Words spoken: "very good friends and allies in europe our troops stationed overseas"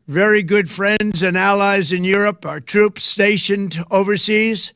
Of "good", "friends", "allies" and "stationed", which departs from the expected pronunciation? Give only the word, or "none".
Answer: none